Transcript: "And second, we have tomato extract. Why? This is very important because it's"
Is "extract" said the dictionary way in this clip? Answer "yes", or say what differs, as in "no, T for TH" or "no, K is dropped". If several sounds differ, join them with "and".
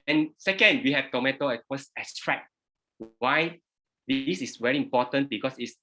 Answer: no, R is dropped